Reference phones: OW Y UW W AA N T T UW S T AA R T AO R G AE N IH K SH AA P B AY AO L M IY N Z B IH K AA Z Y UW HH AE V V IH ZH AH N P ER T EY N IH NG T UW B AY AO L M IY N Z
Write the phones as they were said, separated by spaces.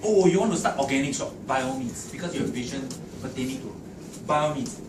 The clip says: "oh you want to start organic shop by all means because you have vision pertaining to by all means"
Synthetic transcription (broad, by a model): OW Y UW W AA N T T UW S T AA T AO G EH N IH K S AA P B AY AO M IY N S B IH K AA S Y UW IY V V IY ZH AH N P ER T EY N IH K T UW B AY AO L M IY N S